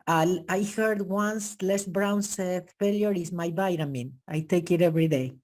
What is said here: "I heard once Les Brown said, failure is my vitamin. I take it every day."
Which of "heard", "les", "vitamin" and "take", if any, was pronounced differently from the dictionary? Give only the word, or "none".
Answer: vitamin